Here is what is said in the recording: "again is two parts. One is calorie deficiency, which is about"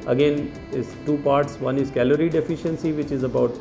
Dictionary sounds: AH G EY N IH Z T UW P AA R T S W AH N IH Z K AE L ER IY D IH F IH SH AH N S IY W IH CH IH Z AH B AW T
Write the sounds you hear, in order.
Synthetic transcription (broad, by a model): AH G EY N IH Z T UW P AA R T S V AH N IH Z K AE L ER IY D IH F IH SH AH N S IY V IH CH IH Z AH B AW T